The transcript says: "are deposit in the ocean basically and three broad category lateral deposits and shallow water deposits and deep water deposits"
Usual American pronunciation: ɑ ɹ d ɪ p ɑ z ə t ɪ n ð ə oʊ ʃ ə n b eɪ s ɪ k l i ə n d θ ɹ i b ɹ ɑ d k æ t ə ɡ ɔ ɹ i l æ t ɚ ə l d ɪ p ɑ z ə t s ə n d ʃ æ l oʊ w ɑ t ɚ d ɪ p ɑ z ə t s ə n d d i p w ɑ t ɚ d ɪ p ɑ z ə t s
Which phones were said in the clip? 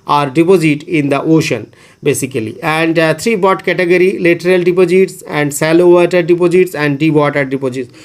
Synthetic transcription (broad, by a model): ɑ ɹ d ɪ p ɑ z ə t ɪ n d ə oʊ ʃ ə n b eɪ s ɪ k l i ə n d t ɹ i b ɑ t k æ t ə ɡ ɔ ɹ i l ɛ t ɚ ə l d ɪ p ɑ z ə t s ə n d s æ l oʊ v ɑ t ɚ d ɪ p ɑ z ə t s ə n d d i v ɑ t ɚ d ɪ p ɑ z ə t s